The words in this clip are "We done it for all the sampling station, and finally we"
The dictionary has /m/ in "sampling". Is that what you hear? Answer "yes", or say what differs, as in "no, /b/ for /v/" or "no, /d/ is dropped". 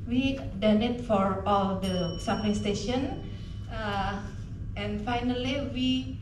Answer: no, /m/ is dropped